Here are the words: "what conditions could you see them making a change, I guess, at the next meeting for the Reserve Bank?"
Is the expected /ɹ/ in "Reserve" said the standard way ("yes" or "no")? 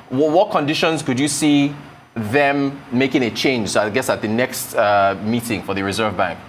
yes